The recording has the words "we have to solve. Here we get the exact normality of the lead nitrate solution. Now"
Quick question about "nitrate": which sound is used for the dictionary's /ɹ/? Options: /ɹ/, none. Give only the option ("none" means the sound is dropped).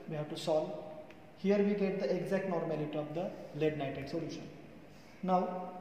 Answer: none